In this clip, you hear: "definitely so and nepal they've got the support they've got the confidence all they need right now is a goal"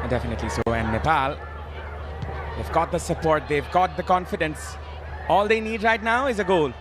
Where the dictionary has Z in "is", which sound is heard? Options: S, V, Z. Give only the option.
Z